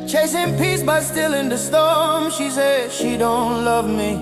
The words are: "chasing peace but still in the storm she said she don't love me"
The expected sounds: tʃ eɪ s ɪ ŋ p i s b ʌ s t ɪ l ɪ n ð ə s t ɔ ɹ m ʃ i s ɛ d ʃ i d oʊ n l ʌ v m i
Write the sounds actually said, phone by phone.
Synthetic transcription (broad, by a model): tʃ eɪ s ɪ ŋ p i s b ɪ s t ɪ l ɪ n ð ə s t ɔ ɹ m ʃ i s ɛ d ʃ i d oʊ n l ʌ v m i